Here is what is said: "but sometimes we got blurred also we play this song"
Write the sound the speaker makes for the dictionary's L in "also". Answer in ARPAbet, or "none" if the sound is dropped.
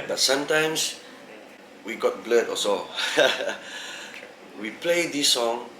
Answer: none